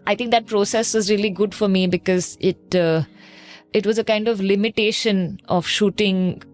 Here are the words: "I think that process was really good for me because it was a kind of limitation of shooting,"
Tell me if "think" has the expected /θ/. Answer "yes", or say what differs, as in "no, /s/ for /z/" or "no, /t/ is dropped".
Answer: no, /t/ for /θ/